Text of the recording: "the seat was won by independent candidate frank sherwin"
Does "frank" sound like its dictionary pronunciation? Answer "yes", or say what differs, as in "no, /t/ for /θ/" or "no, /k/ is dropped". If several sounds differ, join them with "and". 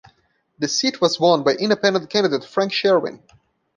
yes